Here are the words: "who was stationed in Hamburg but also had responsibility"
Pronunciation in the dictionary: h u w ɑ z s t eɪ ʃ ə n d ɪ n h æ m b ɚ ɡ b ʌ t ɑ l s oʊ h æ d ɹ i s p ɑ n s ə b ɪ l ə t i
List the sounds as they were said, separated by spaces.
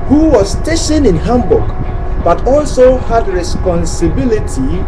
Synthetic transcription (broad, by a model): h u w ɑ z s t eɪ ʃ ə n ɪ n h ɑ m b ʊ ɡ b ʌ t ɑ l s oʊ h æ d ɹ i s p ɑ n s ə b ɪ l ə t i